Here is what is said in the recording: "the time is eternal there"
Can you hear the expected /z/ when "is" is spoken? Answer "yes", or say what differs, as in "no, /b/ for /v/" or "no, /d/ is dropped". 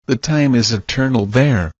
yes